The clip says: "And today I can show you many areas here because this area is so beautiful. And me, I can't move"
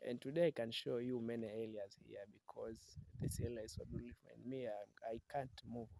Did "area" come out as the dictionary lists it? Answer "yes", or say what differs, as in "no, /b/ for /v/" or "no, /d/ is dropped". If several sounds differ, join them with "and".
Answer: no, /l/ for /ɹ/